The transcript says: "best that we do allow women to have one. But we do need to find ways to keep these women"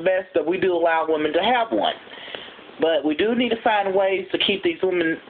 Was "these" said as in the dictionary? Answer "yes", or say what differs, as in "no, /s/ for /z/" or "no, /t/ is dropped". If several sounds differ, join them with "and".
yes